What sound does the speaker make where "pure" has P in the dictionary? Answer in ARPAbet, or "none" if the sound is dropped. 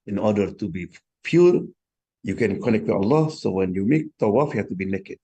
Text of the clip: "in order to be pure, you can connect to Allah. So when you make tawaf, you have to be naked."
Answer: F